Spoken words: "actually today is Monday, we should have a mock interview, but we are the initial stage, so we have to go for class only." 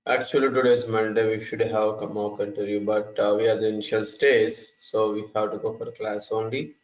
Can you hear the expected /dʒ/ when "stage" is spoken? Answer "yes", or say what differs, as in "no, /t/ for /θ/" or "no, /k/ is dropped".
no, /z/ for /dʒ/